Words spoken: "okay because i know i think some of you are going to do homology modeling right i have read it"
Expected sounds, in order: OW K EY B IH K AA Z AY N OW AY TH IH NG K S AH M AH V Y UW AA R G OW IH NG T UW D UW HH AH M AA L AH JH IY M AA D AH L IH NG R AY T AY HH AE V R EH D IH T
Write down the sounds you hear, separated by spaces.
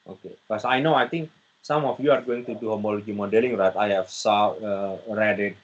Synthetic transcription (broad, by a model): OW K EY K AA S AY N OW AY T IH NG K S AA M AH F Y UW AA R G OW IH NG T UW D UW HH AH M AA L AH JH IY M AA D AH L IH NG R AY T AY HH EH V R EH D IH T